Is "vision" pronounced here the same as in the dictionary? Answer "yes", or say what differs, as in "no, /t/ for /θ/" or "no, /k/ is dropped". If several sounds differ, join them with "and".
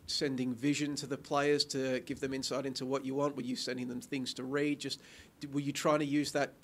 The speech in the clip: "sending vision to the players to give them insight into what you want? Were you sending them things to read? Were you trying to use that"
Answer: yes